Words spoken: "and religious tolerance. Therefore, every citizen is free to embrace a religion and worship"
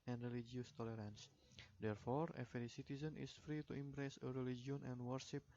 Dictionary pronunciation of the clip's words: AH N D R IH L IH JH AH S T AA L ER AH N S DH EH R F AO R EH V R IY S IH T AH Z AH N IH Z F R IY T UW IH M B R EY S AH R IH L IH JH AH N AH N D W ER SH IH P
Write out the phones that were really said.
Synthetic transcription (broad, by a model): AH N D R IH L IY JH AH S T AA L ER AH N S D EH R F AO R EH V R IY S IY T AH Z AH N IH S F R IY T UW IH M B R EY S AH R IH L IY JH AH N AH N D W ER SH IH P